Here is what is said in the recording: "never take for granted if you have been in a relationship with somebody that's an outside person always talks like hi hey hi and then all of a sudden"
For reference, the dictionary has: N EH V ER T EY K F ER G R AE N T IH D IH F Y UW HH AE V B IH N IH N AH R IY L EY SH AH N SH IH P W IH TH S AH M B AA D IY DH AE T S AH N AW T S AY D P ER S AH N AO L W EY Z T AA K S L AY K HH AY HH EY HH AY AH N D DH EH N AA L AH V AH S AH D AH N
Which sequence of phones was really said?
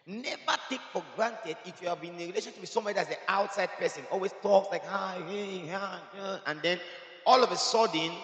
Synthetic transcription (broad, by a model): N EH V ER T EY K F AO G R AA N T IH D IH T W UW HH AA V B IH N N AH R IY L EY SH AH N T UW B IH S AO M AA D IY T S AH AW T S AY D P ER S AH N AO L W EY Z T AA K S L AY K HH AY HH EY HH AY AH N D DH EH N AA L AH V AH S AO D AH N